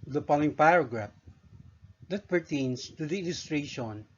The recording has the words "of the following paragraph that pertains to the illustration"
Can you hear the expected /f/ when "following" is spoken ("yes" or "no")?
no